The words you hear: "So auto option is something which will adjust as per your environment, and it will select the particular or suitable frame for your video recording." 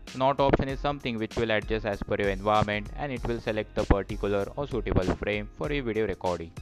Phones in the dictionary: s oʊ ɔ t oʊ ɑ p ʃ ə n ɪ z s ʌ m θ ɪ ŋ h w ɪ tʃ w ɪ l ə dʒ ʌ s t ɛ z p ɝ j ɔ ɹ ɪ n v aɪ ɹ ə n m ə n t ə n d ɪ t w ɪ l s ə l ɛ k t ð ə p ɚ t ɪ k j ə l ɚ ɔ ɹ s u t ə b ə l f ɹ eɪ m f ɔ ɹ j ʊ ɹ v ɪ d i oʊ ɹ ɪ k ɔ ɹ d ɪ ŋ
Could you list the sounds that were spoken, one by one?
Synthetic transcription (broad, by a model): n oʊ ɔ t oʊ ɑ p ʃ ə n ɪ z s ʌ m t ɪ ŋ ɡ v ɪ tʃ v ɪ l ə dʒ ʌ s ɛ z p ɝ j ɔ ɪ n v aɪ ɹ m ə n t ə n d ɪ t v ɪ l s ə l ɛ k t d ə p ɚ t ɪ k j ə l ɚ ɔ ɹ s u t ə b ə l f ɹ eɪ m f ɔ ɹ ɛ v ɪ d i oʊ ɹ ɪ k ɔ ɹ d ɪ ŋ